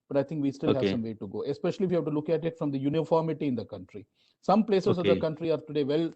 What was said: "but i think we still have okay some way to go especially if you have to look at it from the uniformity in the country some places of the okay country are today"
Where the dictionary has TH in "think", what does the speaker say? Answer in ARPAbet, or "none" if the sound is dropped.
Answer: T